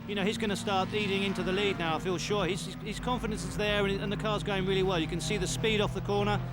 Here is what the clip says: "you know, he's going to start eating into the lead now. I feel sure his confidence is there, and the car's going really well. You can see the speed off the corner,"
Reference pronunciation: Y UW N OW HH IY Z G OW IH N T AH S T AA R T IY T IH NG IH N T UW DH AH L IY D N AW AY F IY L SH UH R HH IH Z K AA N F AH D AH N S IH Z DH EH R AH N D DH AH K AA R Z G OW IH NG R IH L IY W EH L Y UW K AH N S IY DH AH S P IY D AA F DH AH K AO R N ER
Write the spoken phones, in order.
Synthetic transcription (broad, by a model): Y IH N OW HH IY Z G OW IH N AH S T AA R T IY T IH NG IH N T UW DH AH L IY D N AW AY F IY L SH UH R HH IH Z K AA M F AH D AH N S IH Z DH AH R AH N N DH AH K AA R Z G OW IH NG R IH L IY W EH L Y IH K AH N S IY DH AH S P IY D AA F DH AH K AO R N ER